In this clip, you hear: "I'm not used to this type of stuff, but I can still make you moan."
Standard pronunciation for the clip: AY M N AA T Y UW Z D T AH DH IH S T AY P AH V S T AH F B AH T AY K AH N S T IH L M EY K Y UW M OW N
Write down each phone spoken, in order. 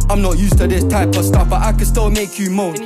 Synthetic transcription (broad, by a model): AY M N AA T Y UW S T AH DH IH S T AY P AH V S T AH F B AH T AY K AH N S T IH L M EY K Y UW M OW